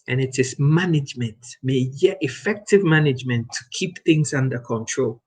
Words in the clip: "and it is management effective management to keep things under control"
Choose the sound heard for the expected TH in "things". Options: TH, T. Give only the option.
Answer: TH